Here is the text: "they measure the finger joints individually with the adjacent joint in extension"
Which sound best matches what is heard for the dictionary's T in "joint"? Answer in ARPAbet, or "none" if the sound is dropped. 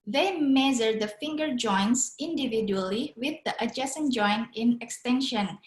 none